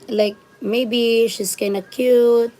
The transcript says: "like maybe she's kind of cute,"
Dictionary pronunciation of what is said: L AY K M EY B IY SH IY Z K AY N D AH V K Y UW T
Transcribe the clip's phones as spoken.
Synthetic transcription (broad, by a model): L AY K M EY B IY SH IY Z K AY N AH K Y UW T